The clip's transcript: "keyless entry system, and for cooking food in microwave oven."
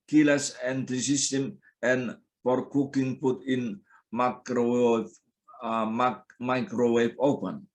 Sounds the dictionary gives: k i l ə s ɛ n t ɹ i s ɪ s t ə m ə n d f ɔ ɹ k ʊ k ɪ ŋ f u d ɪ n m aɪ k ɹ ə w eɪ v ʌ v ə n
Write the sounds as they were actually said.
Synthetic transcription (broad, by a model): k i l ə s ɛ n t i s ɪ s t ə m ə n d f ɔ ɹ k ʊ k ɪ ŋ p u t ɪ n m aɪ k ɹ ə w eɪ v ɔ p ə n